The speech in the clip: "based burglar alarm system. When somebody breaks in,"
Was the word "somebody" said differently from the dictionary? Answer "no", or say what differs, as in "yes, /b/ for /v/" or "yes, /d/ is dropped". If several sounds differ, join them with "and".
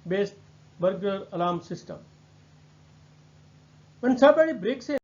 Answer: yes, /m/ is dropped